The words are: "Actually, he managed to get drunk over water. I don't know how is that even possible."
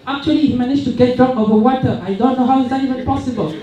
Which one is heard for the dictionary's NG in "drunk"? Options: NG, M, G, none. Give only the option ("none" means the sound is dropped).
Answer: none